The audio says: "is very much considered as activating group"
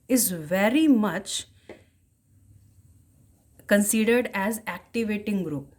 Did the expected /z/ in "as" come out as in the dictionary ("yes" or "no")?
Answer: yes